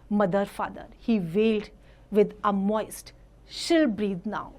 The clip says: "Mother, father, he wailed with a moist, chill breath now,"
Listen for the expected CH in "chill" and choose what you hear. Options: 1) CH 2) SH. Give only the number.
2